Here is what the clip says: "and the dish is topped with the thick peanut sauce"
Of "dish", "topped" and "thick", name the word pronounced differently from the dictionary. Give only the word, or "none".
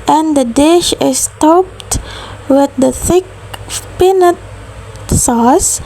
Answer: none